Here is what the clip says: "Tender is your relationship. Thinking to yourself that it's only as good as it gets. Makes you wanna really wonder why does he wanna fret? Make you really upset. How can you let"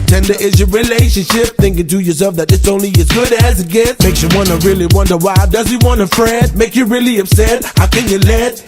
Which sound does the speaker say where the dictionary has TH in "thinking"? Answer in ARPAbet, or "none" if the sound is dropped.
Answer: TH